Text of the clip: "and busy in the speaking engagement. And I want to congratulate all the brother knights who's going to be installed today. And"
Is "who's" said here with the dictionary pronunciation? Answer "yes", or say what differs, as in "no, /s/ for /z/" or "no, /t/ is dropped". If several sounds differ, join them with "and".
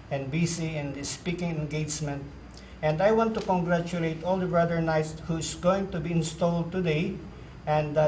no, /s/ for /z/